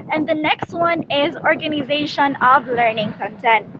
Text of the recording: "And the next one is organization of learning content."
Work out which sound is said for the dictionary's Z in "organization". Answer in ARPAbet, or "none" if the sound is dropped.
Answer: Z